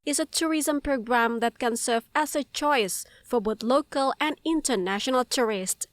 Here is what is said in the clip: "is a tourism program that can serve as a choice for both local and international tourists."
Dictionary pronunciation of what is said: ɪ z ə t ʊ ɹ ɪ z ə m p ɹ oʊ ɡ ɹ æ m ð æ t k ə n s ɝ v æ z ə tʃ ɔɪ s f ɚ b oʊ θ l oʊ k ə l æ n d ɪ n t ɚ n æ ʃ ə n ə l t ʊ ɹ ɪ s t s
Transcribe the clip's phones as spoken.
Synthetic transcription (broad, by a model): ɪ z ə t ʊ ɹ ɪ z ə m p ɹ oʊ ɡ ɹ æ m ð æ t k ə n s ɝ v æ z ə tʃ ɔɪ s f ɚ b oʊ θ l oʊ k ə l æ n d ɪ n t ɚ n æ ʃ ə n ə l t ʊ ɹ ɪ s t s